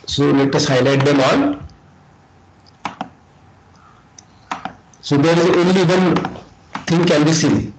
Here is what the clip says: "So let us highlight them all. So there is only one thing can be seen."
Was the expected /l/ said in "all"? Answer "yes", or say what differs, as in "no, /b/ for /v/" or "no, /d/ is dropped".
no, /n/ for /l/